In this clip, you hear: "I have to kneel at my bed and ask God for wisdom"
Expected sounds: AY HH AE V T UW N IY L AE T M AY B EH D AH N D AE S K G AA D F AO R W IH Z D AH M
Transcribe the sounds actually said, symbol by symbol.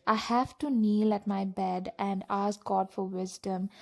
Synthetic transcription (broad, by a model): AY HH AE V T UW N IY L AE T M AY B EH D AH N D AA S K G AA D F AO R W IH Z D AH M